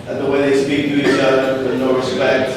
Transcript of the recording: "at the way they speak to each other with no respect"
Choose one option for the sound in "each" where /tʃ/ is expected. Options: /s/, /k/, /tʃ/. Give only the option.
/s/